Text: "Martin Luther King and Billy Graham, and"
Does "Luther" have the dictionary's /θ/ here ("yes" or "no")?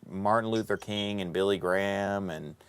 yes